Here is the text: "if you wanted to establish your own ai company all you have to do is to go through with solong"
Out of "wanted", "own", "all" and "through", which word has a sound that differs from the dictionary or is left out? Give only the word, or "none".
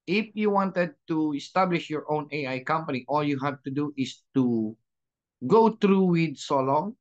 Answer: through